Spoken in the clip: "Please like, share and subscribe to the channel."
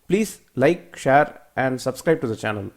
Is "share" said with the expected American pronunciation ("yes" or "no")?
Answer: yes